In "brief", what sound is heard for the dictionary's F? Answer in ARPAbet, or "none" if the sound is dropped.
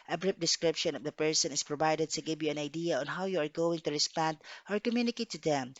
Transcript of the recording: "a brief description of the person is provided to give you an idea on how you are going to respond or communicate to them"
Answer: P